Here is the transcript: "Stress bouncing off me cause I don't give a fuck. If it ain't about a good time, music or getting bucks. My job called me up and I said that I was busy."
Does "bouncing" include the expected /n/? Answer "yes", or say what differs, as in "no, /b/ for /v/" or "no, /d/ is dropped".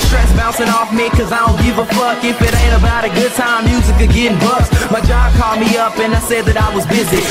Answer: no, /n/ is dropped